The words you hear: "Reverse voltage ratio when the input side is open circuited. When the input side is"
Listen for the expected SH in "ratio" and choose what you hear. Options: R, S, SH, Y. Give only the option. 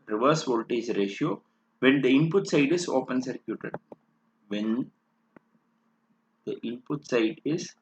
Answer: SH